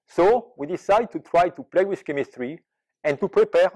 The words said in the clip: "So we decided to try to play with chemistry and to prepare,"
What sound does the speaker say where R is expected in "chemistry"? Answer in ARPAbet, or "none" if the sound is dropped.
R